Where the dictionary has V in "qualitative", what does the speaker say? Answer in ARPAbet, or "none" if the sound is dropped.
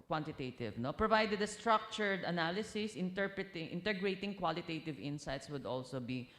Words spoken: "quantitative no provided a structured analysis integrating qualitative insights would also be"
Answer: V